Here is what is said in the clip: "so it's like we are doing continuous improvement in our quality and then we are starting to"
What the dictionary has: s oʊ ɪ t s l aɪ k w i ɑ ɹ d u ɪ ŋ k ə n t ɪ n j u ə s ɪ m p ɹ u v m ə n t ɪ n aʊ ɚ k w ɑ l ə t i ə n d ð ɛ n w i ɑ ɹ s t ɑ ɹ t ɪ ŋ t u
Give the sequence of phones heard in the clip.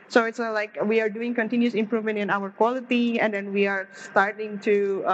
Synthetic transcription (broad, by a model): s oʊ ɪ t s l aɪ k w i ɑ ɹ d u ɪ ŋ k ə n t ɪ n j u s ɪ m p ɹ u v m ə n t ɪ n aʊ ɚ k w ɑ l ə t i ə n d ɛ n w i ɑ ɹ s t ɑ ɹ t ɪ ŋ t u